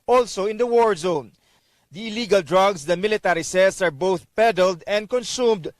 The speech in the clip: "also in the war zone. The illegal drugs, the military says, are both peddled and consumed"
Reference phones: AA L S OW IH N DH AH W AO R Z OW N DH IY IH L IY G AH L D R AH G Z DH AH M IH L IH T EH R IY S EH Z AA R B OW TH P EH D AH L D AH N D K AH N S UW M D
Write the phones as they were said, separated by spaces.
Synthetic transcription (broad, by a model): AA L S OW IH N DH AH W AO R Z OW N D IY IH L IY G AH L D R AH G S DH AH M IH L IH T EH R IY S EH S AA R B OW TH P EH D AH L D AH N D K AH N S UW M D